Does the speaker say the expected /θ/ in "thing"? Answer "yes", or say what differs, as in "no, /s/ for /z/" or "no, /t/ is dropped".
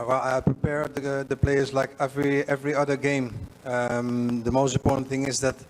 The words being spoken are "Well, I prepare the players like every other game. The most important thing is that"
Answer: yes